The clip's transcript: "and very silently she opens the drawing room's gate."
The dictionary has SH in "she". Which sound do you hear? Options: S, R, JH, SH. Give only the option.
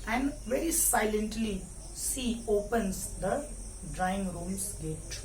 S